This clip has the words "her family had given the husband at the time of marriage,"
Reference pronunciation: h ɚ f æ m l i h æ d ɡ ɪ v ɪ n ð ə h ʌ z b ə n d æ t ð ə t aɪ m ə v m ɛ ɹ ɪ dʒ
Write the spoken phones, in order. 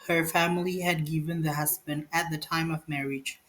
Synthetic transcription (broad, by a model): h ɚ f æ m l i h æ d ɡ ɪ v ɪ n ð ə h ʌ z b ə n d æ t ð ə t aɪ m ə v m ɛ ɹ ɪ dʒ